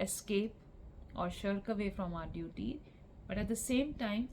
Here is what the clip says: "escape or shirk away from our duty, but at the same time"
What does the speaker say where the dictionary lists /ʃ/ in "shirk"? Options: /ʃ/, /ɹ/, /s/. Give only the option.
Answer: /ʃ/